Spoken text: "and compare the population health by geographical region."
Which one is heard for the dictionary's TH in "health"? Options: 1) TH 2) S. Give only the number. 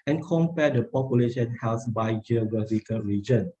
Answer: 2